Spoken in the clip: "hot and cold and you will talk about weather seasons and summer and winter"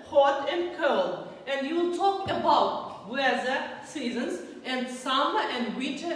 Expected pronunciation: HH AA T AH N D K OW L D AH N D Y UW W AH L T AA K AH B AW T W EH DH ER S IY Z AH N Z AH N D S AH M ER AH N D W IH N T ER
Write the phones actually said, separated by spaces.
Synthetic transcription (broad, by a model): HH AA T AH N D K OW L AH N D Y UW L T AA K AH B AW T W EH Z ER S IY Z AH N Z AH N D S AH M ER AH N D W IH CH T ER